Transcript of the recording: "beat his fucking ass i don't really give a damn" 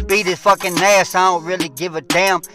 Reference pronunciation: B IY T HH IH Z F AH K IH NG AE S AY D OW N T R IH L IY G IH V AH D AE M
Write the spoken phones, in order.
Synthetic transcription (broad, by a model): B IY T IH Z F AH K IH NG AE S AY D OW N T R IH L IY G IH V AH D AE M